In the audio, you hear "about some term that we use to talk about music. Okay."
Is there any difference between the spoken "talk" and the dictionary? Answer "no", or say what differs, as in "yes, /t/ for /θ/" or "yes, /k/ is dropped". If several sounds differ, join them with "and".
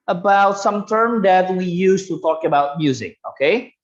no